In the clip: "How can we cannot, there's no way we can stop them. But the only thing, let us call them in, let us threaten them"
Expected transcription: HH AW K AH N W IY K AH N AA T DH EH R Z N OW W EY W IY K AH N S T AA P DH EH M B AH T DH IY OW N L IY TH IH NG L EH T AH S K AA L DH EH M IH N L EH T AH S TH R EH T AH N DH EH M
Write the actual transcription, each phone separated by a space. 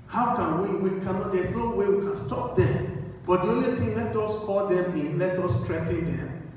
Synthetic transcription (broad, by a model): HH AW K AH N W IY K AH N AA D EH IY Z N OW W EY W IY K AH N S T AA P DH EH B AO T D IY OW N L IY T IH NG L EH T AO S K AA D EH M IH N L EH T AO S T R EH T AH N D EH M